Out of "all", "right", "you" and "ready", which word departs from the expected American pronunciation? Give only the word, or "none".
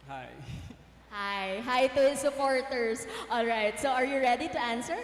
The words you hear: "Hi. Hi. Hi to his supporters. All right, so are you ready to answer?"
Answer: none